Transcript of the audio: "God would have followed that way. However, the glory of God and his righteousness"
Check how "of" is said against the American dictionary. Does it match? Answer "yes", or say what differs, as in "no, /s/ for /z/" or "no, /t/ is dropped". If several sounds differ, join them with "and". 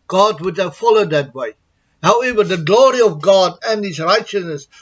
yes